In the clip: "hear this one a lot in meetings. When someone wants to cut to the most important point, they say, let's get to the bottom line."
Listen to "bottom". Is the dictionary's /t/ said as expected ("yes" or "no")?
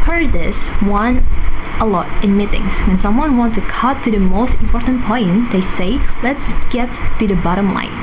yes